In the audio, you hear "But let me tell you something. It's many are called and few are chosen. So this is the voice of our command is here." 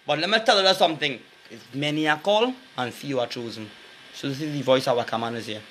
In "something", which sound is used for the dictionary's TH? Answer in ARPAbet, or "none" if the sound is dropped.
TH